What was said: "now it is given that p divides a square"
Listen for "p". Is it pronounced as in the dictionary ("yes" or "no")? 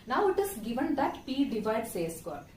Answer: yes